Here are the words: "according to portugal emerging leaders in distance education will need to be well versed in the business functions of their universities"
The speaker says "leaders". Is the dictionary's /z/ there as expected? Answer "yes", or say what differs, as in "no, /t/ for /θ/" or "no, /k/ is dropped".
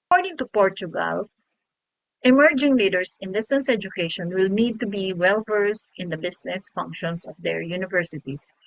no, /s/ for /z/